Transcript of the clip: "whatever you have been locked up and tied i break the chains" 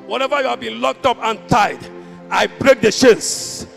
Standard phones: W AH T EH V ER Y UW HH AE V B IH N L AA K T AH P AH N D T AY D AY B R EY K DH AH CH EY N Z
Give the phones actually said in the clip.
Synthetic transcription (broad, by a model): W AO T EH V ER Y UW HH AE V B IH N L AA K T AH P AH N T AY D AY B R EY K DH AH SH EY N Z